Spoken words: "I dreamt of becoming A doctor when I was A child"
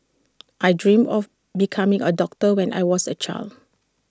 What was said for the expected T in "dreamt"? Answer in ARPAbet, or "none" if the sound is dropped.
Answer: none